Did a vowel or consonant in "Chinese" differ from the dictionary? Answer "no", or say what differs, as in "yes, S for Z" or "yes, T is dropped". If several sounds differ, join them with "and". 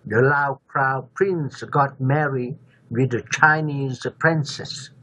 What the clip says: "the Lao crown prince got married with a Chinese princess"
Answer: no